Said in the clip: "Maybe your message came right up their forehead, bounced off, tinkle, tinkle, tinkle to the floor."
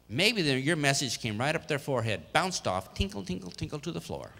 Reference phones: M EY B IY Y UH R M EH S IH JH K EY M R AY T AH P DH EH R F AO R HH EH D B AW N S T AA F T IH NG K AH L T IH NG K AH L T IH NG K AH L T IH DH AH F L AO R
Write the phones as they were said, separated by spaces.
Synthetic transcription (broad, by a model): M EY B IY Y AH R M EH S IH JH K EY M R AY T AH P DH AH R F AO R HH EH D B AW N S T AA F T IH NG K L T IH NG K L T IH NG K L T IH DH AH F L AO R